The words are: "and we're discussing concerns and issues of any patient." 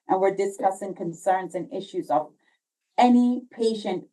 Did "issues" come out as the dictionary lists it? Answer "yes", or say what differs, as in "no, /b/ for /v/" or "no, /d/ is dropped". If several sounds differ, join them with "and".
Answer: yes